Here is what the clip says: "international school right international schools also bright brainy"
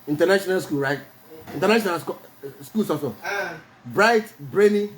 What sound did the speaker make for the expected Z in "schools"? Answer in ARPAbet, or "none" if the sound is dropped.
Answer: S